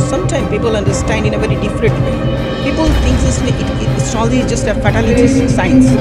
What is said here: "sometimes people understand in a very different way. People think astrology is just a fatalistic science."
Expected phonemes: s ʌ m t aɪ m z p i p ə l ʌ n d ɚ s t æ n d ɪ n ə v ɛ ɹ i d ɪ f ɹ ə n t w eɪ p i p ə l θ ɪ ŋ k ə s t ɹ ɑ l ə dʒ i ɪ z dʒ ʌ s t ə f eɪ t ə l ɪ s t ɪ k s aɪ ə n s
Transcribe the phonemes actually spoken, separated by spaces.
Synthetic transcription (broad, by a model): s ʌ m t aɪ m p i p ə l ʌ n d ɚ s t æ n d ɪ n ə v ɛ ɹ i d ɪ f ɹ ə n t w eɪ p i p ə l t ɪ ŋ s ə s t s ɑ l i dʒ ʌ s t ə f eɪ t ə l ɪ t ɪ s s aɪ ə n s